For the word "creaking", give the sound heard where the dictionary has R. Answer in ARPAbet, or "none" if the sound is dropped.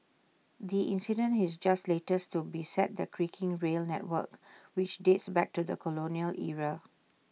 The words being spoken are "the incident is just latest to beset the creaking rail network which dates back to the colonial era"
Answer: R